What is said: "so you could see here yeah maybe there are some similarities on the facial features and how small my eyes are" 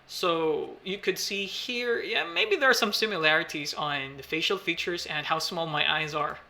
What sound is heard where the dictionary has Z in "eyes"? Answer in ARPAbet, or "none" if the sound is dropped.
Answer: Z